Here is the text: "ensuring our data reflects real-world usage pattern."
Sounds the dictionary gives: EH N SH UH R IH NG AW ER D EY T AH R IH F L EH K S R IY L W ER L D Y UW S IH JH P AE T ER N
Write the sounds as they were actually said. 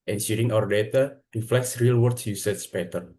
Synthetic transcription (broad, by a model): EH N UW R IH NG AW ER D EY T AH R IH F L EH K S R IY L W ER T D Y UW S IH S P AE T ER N